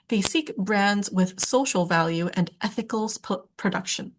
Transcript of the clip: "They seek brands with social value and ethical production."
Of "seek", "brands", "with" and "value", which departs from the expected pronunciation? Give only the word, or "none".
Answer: none